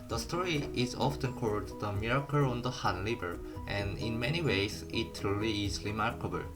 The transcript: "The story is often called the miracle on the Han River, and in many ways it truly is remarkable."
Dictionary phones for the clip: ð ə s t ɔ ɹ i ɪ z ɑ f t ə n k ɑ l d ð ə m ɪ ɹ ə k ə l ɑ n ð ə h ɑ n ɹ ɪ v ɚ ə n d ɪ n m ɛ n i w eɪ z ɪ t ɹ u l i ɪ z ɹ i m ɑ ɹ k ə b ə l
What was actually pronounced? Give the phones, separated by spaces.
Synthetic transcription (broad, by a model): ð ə s t ɔ ɹ i ɪ z ɑ f t ə n k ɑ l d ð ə m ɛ ɹ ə k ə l ɑ n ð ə h ɑ n l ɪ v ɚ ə n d ɪ n m ɛ n i w eɪ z ɪ t ɹ u l i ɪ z ɹ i m ɑ ɹ k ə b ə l